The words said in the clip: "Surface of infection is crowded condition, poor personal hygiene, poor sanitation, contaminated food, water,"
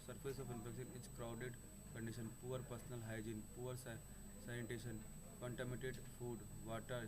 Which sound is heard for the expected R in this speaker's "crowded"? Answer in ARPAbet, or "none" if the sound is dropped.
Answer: R